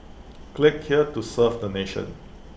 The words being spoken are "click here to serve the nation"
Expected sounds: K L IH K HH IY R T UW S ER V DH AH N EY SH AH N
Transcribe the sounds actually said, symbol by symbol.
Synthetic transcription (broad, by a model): K L IH K HH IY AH T UW S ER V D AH N EY SH AH N